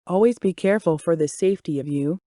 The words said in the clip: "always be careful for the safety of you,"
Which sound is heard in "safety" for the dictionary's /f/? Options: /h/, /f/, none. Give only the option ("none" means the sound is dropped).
/f/